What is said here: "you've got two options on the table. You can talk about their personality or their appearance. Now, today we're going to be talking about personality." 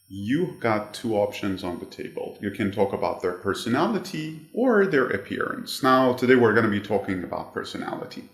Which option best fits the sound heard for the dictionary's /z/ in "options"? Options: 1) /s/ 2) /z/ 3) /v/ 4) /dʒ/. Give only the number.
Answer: 2